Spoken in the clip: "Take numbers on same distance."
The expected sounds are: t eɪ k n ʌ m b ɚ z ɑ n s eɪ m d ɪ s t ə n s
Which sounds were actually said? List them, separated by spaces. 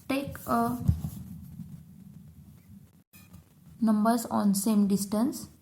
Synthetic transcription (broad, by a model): t eɪ k n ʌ m b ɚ s ɑ n s eɪ m d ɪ s t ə n s